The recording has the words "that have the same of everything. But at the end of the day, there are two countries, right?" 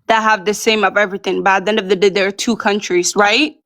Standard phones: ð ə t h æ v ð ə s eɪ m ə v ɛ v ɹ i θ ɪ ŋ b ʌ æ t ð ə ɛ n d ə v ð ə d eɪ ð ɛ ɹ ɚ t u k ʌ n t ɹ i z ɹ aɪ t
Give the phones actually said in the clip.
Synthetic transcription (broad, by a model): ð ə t h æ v ð ə s eɪ m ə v ɛ v ɹ i θ ɪ ŋ b ʌ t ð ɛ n ə v ð ə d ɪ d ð ɚ t u k ʌ n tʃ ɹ i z ɹ aɪ t